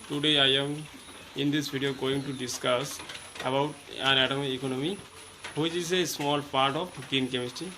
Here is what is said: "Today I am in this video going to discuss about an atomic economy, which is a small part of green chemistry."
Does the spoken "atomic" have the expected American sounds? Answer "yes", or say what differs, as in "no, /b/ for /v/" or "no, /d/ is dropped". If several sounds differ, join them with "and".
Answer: no, /k/ is dropped